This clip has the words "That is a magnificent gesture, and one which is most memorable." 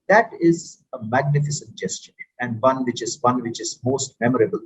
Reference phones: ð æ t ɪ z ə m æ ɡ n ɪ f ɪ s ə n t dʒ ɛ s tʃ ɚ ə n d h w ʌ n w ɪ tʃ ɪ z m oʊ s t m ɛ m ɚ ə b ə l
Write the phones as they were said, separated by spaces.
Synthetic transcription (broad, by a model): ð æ t ɪ z ə m æ ɡ n ɪ f ɪ s ə n t dʒ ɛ s tʃ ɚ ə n d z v ʌ n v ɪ tʃ ɪ z m oʊ s t m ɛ m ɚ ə b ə l